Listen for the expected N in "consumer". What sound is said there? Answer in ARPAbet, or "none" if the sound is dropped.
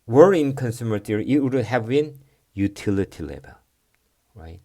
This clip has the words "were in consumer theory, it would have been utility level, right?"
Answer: N